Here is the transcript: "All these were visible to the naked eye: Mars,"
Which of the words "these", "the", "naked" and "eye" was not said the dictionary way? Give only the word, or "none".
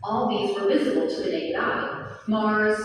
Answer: naked